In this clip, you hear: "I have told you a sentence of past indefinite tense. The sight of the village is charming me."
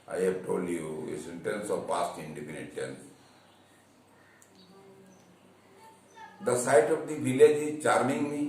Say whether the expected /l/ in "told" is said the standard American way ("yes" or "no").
yes